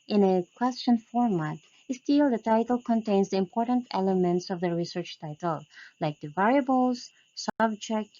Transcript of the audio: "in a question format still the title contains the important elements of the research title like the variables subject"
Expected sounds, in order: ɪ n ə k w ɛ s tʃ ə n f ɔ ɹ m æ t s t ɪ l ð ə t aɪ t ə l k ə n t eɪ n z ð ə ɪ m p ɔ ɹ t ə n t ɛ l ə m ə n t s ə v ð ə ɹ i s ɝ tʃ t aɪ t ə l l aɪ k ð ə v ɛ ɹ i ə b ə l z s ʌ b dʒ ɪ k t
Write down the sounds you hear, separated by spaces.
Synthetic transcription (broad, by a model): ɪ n ə k w ɛ s tʃ ə n f ɔ ɹ m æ t s t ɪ l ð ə t aɪ t ə l k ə n t eɪ n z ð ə ɪ m p ɔ ɹ t ə n t ɛ l ə m ə n t s ə v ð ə ɹ i s ɝ tʃ t aɪ t ə l l aɪ k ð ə v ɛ ɹ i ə b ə l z s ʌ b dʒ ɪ k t